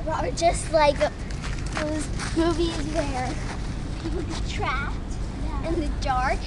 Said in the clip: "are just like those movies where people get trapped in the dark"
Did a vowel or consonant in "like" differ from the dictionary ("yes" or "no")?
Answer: no